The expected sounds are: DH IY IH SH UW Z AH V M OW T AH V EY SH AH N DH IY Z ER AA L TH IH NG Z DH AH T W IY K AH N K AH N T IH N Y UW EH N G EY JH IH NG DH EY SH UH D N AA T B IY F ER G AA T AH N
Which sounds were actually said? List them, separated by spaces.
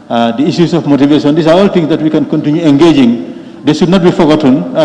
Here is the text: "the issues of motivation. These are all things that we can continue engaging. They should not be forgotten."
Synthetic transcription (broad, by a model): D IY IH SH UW S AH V M OW T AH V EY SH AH N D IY S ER AA L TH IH NG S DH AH T W IY K AH N K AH N T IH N Y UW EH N G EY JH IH NG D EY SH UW D N AA T B IY F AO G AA T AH N